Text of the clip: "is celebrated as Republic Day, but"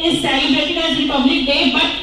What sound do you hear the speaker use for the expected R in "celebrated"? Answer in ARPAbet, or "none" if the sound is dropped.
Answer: none